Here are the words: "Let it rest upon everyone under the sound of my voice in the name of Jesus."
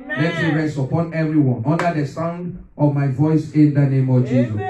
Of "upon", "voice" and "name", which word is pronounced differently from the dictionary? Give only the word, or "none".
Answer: none